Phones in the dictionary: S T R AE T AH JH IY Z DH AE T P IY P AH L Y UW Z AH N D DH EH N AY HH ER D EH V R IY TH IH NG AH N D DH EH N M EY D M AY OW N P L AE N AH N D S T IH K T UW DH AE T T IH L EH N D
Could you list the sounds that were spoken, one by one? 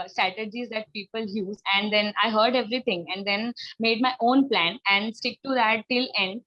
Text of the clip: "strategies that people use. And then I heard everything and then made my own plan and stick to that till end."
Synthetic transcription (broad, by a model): S T R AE T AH JH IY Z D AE T P IY P AH L Y UW Z AH N D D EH N AY HH ER D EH V R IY T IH NG AH N D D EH N M EY D M AY OW N P L AE N AH N D S T IH K T UW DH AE T T IH L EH N D